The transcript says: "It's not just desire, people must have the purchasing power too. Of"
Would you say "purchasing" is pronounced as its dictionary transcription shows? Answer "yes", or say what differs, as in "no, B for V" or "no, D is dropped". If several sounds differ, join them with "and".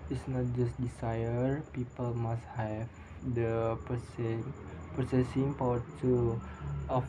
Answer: no, S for CH